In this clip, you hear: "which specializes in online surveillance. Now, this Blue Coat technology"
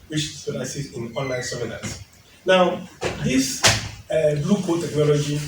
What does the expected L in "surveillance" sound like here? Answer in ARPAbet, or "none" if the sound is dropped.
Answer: N